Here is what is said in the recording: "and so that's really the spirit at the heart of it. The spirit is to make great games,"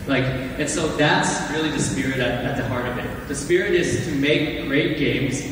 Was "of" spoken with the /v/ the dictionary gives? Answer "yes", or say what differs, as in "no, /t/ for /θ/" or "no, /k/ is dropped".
yes